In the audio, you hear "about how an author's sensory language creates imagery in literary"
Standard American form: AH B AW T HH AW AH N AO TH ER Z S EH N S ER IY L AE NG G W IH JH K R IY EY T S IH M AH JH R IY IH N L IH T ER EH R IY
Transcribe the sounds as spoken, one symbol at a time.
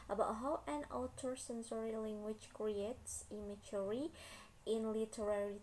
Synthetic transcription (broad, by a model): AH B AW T HH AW AH N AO T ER S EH N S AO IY L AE NG G W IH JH K R IY EY T S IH M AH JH R IY IH N L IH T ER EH R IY